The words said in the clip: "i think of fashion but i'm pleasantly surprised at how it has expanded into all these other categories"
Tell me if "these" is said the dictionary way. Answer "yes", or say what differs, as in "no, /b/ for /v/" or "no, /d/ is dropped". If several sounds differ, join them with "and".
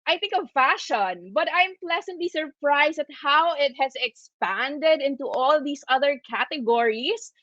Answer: no, /s/ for /z/